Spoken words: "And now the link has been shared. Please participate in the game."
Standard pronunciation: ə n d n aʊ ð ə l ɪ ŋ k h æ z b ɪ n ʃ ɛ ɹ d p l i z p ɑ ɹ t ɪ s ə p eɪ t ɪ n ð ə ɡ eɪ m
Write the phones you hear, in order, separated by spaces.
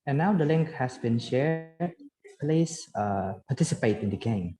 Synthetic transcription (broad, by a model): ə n n aʊ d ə l ɪ ŋ k h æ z b ɪ n ʃ ɛ ɹ d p l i s p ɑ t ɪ s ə p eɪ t ɪ n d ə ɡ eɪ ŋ